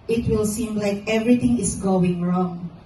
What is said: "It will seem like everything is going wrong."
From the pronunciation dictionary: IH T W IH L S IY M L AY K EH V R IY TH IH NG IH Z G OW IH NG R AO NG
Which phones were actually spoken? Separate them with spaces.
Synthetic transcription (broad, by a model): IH T W IH L S IY M L AY K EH V R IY T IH NG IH S G OW IH NG R AO NG